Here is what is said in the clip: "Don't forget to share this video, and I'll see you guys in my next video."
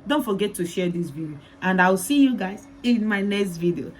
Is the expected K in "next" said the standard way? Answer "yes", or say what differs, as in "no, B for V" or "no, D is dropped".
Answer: yes